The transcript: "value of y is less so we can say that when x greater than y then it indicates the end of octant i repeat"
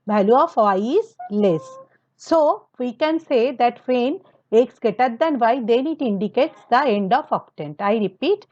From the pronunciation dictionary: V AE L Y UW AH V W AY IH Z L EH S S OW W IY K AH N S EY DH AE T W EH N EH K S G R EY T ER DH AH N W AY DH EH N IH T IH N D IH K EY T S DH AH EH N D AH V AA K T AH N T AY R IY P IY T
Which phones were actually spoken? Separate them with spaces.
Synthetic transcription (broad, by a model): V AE L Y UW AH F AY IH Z L EH S S OW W IY K AH N S EY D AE T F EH N EH K S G EY T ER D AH N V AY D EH N IH T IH N D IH K EY T S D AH EH N D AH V AA K T AH N T AY R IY P IY T